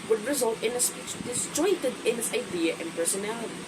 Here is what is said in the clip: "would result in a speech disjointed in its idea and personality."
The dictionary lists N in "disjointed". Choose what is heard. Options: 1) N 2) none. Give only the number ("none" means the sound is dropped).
2